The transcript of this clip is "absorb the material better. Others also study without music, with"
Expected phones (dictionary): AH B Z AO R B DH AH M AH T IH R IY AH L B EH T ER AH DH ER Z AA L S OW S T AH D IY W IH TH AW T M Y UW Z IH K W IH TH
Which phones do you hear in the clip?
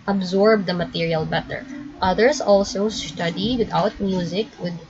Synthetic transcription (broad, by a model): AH B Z AO R B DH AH M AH T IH R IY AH L B EH T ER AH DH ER S AA L S OW S T AH D IY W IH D AW T M Y UW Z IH K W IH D